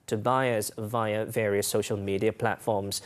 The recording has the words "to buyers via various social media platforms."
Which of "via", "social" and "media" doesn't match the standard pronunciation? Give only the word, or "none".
none